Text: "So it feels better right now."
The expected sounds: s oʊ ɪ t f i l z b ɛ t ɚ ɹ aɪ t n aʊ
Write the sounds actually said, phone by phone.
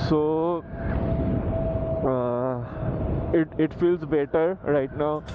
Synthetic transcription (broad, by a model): s oʊ ɪ t f i l z b ɛ t ɚ ɹ aɪ t n aʊ